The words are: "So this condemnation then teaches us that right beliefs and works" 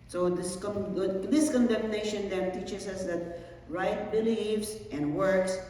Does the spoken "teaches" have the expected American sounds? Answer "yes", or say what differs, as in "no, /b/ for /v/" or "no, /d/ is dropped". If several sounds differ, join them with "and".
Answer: no, /s/ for /z/